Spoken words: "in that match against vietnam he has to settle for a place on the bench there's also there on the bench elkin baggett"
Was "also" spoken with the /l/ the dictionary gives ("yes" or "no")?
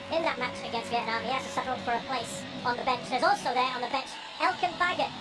yes